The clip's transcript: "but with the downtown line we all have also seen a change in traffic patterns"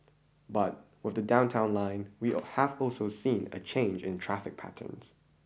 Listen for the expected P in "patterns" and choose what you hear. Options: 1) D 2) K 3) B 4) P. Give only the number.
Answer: 4